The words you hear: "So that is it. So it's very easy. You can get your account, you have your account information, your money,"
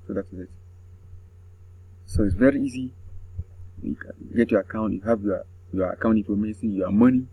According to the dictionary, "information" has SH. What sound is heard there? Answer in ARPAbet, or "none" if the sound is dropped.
S